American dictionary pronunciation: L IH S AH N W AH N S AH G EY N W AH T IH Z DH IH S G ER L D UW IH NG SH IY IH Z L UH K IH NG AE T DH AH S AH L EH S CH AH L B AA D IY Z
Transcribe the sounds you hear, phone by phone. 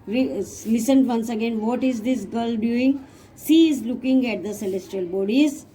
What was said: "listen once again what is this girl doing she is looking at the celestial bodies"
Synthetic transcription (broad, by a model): L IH S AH N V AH N S AH G EY N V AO T IH Z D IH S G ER L D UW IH NG S IY IH Z L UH K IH NG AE T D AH S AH L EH S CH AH L B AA D IY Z